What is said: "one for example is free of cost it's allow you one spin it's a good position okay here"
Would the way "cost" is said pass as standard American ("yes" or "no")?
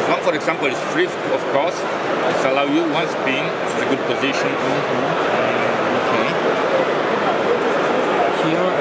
no